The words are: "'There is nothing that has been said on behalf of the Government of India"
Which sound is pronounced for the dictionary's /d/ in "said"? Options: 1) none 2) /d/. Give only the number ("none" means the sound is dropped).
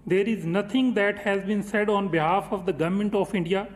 2